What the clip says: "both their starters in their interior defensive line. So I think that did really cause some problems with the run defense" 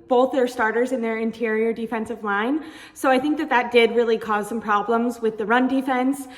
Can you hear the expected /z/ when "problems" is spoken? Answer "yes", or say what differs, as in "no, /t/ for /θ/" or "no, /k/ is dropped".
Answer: yes